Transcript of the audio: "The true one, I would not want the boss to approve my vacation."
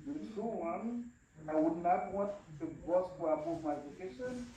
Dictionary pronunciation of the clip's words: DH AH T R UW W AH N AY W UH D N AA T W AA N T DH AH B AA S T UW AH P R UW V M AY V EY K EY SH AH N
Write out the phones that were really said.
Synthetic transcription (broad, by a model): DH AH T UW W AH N AY W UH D N AA T W AA N T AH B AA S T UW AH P UW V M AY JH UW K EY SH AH N